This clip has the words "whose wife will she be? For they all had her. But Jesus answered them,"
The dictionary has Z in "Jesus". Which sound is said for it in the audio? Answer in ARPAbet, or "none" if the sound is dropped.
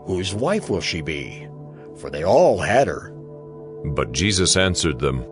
Z